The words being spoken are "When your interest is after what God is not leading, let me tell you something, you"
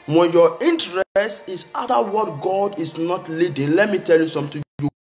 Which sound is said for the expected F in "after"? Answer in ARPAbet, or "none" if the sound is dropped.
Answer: none